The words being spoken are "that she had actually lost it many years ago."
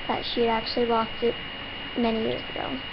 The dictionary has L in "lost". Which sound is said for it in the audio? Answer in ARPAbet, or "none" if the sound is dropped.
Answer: W